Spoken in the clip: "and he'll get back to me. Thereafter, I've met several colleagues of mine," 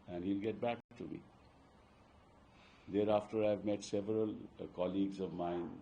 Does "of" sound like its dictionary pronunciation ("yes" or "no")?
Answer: yes